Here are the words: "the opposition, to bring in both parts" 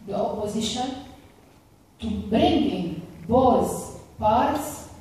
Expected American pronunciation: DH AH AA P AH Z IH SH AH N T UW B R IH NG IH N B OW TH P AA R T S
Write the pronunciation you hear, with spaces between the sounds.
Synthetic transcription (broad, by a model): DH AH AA P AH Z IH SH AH N T UW B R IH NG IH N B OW S P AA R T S